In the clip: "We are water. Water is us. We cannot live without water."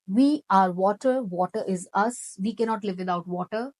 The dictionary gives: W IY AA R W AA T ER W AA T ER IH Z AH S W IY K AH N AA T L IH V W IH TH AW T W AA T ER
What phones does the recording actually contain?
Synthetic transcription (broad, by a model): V IY AA R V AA T ER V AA T ER IH Z AH S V IY K AH N AA T L IH V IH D AW T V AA T ER